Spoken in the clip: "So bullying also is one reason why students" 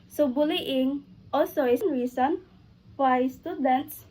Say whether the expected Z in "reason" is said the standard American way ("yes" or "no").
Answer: no